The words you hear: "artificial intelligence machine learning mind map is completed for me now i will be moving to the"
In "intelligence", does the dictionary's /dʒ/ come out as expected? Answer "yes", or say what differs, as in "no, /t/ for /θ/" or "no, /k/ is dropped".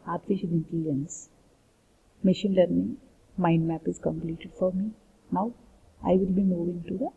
no, /dʒ/ is dropped